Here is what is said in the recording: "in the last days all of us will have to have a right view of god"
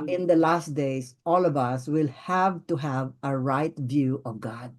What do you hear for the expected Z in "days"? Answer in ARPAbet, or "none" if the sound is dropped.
S